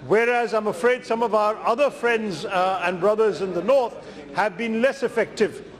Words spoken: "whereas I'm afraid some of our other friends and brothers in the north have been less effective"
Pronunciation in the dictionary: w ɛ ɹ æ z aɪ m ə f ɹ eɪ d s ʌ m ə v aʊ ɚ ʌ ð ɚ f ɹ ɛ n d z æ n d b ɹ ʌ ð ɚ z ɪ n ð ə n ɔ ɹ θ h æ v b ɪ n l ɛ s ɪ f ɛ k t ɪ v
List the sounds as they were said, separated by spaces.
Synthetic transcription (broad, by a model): w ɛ ɹ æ z aɪ m ə f ɹ eɪ d s ʌ m ə v aʊ ɚ ʌ ð ɚ f ɹ ɛ n d z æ n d b ɹ ʌ ð ɚ z ɪ n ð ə n ɔ ɹ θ h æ v b ɪ n l ɛ s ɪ f ɛ k t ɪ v